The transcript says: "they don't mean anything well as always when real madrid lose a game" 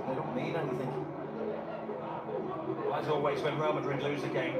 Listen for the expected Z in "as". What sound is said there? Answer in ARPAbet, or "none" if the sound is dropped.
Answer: S